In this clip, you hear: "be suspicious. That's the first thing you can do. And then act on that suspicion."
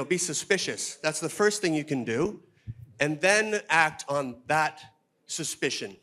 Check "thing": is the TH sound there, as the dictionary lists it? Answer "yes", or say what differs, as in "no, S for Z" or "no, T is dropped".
yes